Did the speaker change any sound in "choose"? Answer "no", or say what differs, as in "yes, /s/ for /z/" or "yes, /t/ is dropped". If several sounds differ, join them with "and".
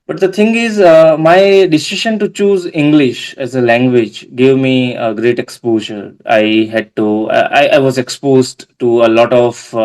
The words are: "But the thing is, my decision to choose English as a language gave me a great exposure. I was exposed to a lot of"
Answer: no